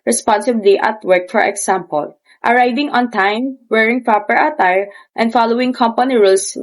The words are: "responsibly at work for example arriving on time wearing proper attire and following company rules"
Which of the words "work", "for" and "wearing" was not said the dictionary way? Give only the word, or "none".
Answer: none